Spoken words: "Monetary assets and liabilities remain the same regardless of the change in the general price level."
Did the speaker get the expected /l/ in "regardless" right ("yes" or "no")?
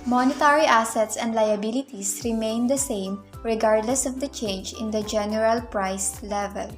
yes